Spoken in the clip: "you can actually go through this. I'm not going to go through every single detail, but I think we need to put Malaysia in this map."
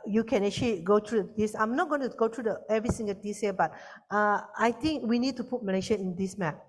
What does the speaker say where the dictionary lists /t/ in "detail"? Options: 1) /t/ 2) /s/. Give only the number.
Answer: 2